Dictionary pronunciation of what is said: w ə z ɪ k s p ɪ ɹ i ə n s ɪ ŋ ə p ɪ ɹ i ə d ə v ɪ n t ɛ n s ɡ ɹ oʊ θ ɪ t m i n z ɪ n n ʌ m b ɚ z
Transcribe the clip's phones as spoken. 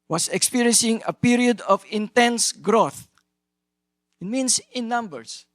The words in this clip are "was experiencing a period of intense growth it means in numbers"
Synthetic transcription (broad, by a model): w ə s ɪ k s p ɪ ɹ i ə n s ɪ ŋ ə p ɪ ɹ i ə d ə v ɪ n t ɛ n s ɡ ɹ oʊ θ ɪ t m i n s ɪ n n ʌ m b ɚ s